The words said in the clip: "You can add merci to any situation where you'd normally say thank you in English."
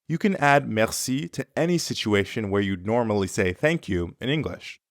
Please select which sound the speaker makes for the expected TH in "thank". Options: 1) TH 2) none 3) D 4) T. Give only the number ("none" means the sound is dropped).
1